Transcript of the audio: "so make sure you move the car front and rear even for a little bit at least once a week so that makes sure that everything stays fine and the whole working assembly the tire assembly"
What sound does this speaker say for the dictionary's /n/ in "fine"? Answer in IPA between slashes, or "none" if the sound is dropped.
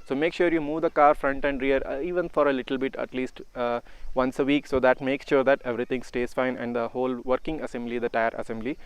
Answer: /n/